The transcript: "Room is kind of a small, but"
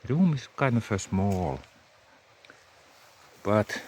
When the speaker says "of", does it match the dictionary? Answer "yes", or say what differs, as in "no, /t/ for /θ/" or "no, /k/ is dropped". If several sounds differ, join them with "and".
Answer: no, /f/ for /v/